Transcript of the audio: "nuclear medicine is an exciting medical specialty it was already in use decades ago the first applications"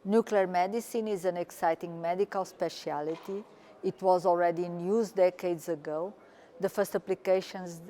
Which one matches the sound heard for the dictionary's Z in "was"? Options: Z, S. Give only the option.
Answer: Z